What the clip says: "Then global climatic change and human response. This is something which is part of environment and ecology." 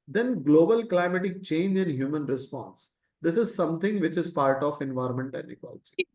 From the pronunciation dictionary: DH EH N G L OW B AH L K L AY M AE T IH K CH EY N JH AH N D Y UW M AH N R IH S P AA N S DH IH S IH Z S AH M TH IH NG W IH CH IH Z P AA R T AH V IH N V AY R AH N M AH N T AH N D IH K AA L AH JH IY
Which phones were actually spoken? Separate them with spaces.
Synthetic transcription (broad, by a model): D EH N G L OW B AH L K L AY M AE T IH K CH EY N JH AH N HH Y UW M AH N R IH S P AA N S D IH S IH Z S AH M T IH NG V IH CH IH Z P AA R T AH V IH N V AY R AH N M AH N T AH N D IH K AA L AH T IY